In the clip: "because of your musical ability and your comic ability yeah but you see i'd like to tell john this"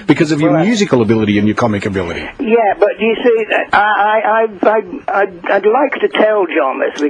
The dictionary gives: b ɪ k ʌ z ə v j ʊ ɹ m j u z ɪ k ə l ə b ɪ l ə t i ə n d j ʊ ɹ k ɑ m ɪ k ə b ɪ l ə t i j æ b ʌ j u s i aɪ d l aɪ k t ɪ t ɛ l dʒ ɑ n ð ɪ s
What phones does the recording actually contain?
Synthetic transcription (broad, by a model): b ɪ k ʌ z ə v j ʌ ɹ m j u z ɪ k ə l ə b ɪ l ə t i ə n j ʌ ɹ k ɑ m ɪ k ə b ɪ l ə t i j æ b ʌ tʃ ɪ s i aɪ d l aɪ k t ɪ t ɛ l dʒ ɑ n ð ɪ s